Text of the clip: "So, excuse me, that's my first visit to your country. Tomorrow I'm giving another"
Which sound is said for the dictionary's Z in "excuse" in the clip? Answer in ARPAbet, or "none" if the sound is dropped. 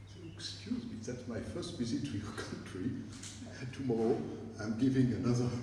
Z